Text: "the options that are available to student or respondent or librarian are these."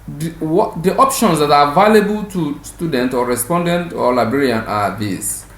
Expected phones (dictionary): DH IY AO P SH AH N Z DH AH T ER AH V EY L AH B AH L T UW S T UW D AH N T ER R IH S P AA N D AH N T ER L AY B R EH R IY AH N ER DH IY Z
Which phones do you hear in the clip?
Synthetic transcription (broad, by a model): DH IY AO P SH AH N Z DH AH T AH V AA L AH B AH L T UW S T UW D AH N T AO R IH S P AA N D AH N T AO L AY B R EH R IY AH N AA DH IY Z